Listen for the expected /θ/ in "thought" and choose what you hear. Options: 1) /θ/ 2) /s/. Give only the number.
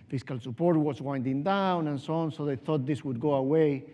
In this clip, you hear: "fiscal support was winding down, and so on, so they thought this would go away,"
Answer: 1